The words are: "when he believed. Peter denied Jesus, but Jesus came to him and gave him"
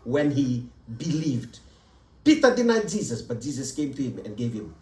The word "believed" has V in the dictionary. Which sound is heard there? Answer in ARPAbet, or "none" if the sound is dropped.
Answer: V